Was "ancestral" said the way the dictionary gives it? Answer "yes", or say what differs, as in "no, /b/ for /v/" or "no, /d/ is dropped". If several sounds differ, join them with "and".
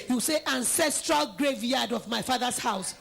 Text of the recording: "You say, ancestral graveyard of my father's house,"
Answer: yes